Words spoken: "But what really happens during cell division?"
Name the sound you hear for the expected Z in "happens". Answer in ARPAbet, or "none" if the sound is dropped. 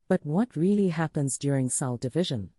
Z